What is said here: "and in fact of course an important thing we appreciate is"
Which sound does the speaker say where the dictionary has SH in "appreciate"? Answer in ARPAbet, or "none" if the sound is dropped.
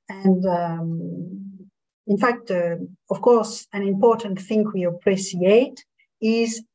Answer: S